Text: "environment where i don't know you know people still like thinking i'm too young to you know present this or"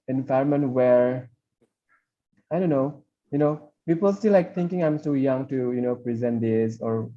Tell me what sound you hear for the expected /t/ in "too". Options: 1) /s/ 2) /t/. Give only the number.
1